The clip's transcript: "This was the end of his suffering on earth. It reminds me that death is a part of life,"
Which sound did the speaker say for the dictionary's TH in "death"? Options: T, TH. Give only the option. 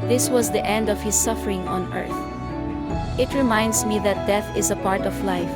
TH